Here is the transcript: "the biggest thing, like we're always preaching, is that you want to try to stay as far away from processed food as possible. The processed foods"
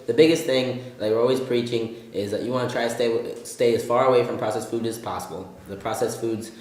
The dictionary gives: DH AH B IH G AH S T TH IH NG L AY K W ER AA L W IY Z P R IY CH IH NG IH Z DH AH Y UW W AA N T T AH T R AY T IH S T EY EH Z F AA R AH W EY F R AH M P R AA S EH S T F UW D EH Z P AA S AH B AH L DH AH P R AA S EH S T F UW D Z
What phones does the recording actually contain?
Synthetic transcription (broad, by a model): DH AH B IH G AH S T TH IH NG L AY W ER AA L W IY Z P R IY CH IH NG IH Z DH AH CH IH W AA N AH T R AY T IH S T EY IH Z F AA R AH W EY F R AH M P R AA S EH S F UW D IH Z P AA S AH B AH L DH AH P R AA S EH S F UW D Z